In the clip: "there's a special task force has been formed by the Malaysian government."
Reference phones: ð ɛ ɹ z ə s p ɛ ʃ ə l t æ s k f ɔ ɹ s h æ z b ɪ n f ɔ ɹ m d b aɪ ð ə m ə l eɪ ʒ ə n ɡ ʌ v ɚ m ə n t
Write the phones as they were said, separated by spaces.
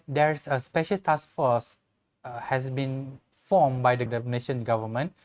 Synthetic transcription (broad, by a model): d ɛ ɹ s ə s p ɛ ʃ ə l t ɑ s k f ɔ s h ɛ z b ɪ n f ɔ m b aɪ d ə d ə n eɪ ʃ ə n ɡ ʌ v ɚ m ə n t